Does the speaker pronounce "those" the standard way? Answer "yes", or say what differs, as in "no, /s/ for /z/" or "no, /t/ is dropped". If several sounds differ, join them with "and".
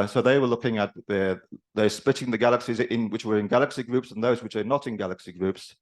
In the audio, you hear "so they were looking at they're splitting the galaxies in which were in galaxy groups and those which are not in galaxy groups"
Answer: yes